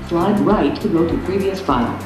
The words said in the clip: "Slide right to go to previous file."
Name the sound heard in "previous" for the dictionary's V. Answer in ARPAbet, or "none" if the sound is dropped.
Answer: V